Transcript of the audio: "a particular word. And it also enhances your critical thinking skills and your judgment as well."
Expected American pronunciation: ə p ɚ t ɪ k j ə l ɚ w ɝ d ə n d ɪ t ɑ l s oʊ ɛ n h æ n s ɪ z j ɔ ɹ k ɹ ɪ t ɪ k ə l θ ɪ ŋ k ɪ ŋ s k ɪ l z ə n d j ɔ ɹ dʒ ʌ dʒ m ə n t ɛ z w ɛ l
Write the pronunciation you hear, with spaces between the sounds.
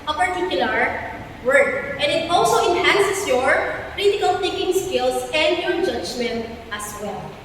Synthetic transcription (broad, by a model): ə p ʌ t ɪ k j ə l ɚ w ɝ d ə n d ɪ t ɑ l s oʊ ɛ n h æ n s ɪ s j ɔ ɹ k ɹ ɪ t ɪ k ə l t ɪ k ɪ ŋ s k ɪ l s ə n d j ɔ ɹ dʒ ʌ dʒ m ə n t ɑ s w ɛ l